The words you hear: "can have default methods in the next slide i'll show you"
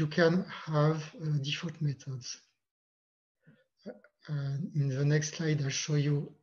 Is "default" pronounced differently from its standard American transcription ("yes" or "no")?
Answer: yes